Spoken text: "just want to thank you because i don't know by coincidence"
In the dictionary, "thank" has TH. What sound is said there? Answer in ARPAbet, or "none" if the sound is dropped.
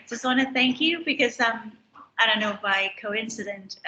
TH